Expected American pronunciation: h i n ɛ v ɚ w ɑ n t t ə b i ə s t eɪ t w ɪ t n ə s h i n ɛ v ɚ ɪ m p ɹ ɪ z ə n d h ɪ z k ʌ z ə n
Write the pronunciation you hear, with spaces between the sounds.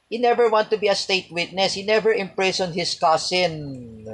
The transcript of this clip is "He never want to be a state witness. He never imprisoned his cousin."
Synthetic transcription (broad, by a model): h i n ɛ v ɚ w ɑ n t t ə b i ə s t eɪ t w ɪ t n ə s h i n ɛ v ɚ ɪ m p ɹ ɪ s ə n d h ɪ s k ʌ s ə n